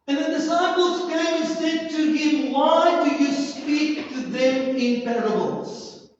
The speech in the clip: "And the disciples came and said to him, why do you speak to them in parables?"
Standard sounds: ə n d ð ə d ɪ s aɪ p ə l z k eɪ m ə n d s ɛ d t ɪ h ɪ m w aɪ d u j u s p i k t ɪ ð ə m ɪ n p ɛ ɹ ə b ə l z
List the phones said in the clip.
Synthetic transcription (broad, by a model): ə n ð ə d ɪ s aɪ p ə l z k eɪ ə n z s ɛ d t ɪ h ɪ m w aɪ d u j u s p i k t ɪ ð ə m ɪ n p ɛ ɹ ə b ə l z